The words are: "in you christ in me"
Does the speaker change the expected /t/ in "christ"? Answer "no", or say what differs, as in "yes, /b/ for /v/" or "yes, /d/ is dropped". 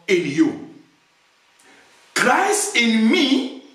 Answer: yes, /t/ is dropped